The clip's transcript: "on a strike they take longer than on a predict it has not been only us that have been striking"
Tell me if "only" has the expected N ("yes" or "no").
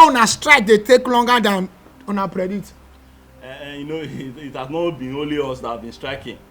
no